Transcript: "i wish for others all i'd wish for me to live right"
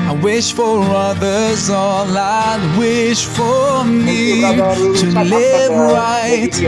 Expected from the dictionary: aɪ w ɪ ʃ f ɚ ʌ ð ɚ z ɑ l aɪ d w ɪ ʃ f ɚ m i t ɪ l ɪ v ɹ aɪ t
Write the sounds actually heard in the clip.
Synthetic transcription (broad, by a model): aɪ w ɪ ʃ f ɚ ʌ ð ɚ z ɑ l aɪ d w ɪ ʃ f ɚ m i t ɪ l ɪ v ɹ aɪ t